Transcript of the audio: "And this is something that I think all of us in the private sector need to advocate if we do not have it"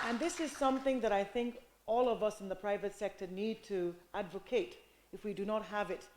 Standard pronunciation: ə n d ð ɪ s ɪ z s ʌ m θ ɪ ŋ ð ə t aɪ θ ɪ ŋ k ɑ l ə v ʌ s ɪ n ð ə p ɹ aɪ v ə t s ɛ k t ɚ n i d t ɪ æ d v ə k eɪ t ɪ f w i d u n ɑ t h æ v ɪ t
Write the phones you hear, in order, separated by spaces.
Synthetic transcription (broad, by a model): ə n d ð ɪ s ɪ z s ʌ m θ ɪ ŋ ð ə t aɪ θ ɪ ŋ k ɑ l ə v ʌ s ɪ n ð ə p ɹ aɪ v ə t s ɛ k t ɚ n i d t ɪ æ d v ə k eɪ t ɪ f w i d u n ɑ t h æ v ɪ t